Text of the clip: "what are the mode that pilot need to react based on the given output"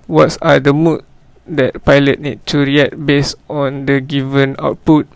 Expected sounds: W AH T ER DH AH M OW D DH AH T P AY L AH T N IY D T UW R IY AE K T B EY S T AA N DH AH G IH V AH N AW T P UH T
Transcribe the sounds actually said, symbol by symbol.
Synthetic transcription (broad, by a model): W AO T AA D AH M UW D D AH T P AY L AH T N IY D T UW R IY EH T B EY S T AA N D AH G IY V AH N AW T P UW T